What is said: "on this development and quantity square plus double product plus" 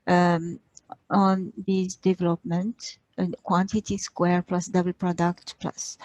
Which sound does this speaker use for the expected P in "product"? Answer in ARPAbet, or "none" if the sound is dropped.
P